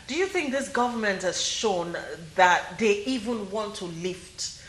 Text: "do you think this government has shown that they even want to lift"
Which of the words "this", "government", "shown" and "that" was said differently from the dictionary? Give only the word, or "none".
none